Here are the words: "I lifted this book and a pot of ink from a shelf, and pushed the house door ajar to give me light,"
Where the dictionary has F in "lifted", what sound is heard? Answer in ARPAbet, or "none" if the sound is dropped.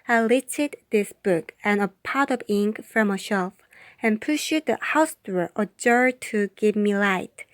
none